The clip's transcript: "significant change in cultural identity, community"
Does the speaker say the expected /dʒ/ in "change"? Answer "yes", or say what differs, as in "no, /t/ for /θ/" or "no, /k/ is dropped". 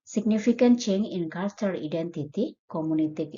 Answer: no, /dʒ/ is dropped